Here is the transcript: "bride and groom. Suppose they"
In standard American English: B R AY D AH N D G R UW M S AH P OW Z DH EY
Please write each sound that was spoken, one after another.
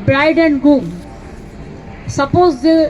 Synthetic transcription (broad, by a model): B R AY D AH N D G UW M S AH P OW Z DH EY